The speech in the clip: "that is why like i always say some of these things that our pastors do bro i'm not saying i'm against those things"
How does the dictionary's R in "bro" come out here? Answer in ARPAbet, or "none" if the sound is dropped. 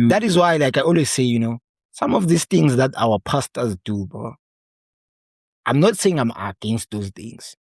none